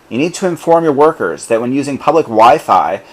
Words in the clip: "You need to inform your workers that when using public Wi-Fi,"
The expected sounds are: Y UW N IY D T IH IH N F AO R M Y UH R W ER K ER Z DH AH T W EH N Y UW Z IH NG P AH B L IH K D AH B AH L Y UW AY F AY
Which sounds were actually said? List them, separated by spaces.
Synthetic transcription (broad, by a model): Y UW N IY D T IH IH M F AO R M Y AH R W ER K ER Z DH AH T W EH N Y UW Z IH NG P AH B L IH K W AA AH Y F AY